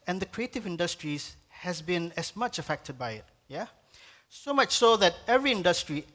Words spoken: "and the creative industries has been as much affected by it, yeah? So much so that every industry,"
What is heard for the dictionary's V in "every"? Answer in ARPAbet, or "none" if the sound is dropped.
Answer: V